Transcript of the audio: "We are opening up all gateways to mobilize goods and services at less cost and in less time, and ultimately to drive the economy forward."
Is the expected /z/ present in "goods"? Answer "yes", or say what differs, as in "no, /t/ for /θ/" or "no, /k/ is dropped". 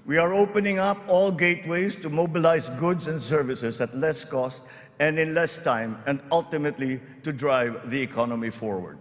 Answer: no, /s/ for /z/